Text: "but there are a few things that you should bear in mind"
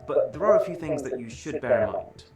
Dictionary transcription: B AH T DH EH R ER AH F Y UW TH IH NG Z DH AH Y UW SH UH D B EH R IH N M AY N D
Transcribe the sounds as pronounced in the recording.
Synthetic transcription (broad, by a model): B AH T DH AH R ER AH F Y UW TH IH NG Z DH AH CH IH SH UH D B EH R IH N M AY N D